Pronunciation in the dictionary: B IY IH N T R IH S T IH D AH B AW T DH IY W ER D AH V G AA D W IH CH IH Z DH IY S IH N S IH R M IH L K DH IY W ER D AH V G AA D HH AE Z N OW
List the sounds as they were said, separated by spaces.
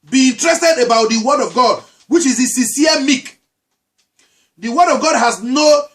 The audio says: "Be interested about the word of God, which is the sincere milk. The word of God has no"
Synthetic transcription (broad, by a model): B IY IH N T R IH S T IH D AH B AW T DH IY W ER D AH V G AA D W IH CH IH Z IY S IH S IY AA M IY K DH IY W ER D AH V G AA D HH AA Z N OW